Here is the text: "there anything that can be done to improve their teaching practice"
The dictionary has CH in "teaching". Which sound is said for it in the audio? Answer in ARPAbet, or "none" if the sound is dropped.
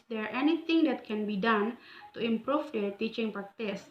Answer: CH